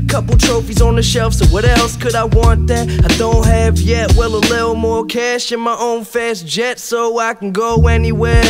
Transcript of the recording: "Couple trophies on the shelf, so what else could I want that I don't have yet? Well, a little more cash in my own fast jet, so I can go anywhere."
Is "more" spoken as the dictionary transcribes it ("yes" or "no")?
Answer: yes